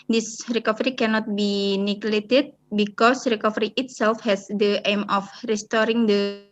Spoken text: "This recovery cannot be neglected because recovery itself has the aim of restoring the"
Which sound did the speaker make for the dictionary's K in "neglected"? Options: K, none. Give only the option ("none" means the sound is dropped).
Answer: none